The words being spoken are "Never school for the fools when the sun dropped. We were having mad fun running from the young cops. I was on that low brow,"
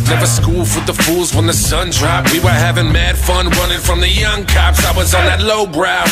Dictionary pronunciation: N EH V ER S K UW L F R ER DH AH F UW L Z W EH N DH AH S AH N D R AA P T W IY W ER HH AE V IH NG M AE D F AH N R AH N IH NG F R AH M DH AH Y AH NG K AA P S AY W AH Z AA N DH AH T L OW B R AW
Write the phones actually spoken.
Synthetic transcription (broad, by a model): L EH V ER S K UW L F W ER DH AH F UW L Z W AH N DH AH S AH N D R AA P W IY W ER HH AE V IH NG M AE D F AH N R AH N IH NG F R AH M DH AH Y AH NG K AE P S AY W AH Z N DH AH T L OW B R AW